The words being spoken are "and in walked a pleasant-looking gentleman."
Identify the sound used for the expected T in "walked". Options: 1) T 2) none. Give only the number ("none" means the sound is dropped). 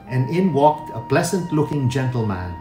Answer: 1